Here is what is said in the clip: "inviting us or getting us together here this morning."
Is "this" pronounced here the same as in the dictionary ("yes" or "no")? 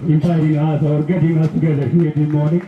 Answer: no